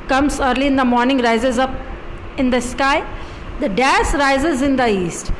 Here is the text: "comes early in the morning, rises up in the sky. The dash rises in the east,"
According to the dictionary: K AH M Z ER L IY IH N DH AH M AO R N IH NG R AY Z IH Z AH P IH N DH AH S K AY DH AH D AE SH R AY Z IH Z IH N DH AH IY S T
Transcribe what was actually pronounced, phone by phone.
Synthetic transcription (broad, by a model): K AH M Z ER L IY IH N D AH M AO R N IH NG R AY Z IH Z AH P IH N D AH S K AY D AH D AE S R AY Z IH Z IH N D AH IY S T